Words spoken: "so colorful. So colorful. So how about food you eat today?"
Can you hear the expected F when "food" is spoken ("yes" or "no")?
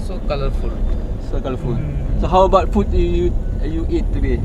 no